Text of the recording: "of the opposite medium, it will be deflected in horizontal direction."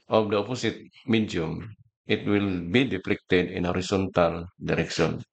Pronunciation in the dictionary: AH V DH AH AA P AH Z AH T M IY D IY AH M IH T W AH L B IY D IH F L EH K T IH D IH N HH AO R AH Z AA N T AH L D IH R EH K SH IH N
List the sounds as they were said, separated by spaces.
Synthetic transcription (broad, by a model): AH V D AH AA P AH S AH T M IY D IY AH M IH T W AH L B IY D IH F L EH K T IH D IH N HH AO R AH S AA N T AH L D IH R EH K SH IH N